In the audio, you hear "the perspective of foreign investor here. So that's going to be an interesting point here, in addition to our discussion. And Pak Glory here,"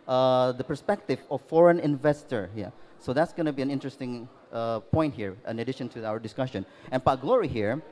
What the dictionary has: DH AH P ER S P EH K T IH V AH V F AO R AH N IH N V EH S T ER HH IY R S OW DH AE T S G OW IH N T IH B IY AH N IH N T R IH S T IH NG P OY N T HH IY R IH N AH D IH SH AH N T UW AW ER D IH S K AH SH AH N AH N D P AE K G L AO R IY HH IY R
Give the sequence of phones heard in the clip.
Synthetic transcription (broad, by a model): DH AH P ER S P EH K T IH V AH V F AO R AH N IH N V EH S T ER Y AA S OW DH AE T S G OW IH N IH B IY AH N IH N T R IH S T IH NG P OY N T HH IY R IH N AH D IH SH AH N T UW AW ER D IH S K AH SH AH N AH N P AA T G L AO R IY HH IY R